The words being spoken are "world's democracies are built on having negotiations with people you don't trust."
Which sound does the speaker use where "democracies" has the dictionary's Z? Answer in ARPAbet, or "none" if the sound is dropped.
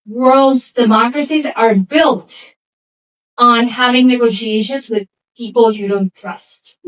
Z